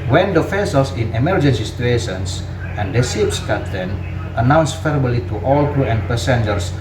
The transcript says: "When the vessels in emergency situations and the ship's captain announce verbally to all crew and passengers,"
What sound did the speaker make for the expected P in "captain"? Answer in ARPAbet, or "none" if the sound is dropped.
none